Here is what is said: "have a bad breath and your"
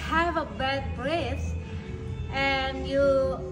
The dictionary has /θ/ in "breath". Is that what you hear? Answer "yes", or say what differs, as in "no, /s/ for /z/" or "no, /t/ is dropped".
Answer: no, /s/ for /θ/